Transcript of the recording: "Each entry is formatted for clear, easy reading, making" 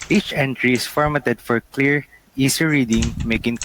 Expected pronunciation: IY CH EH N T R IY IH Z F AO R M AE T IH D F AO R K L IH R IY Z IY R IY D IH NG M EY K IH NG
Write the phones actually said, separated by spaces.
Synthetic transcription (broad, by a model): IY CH EH N T R IY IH S F AO R M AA T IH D F AO R K L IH R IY S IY R IY D IH NG M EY K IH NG